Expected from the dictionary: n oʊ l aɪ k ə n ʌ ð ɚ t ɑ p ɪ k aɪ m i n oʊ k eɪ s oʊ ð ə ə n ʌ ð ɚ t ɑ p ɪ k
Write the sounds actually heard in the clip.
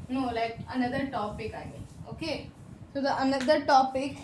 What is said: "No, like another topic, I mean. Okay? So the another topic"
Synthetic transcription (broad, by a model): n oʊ l aɪ k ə n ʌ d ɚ t ɑ p ɪ k aɪ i oʊ k eɪ s oʊ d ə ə n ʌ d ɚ t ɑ p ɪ k